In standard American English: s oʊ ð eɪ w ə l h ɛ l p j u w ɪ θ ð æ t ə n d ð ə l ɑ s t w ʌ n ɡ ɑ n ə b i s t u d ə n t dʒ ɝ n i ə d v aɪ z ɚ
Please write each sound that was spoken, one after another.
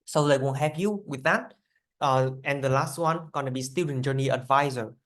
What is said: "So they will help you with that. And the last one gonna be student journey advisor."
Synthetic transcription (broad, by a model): s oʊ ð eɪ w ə n h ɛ p j u w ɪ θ ð æ t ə n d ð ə l ɑ s t w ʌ n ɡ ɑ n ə b i s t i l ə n dʒ ɝ n i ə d v aɪ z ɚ